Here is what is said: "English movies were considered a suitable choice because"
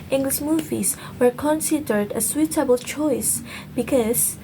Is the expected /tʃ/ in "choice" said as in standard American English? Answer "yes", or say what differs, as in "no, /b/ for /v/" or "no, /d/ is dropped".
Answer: yes